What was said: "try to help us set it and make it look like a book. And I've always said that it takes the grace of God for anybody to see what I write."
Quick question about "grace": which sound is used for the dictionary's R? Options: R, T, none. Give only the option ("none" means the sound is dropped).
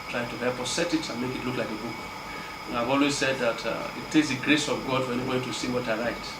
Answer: R